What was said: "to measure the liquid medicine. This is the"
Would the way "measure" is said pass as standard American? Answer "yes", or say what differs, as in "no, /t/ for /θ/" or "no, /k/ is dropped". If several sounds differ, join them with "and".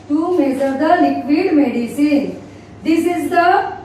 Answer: no, /z/ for /ʒ/